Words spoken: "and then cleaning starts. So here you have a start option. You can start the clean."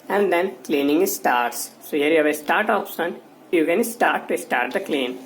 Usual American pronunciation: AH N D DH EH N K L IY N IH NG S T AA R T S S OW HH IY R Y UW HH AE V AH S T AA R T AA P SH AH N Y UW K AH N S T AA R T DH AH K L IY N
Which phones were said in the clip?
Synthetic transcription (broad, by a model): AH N D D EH N K L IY N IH NG S T AA R T S S OW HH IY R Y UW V AH S T AA R T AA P S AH N Y UW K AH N S T AA R T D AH K L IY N